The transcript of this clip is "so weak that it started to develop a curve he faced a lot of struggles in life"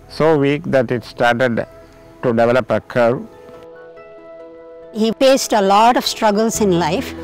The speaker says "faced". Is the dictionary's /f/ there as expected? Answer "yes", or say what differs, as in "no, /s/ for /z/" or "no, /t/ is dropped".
no, /p/ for /f/